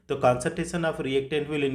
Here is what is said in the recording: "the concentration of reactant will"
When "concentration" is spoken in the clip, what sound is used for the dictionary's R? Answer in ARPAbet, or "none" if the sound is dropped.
none